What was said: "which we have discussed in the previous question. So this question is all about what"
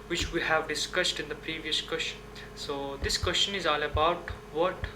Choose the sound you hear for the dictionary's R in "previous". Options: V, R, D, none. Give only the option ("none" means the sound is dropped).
R